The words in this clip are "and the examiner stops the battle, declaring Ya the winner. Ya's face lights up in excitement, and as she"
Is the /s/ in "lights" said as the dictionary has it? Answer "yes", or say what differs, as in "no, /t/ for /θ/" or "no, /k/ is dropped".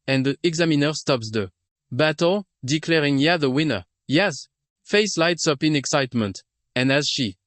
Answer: yes